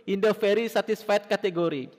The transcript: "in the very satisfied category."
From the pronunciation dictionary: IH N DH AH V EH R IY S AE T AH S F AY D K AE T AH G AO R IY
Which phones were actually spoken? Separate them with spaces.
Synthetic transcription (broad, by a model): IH N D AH F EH R IY S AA T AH S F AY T K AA T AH G AO R IY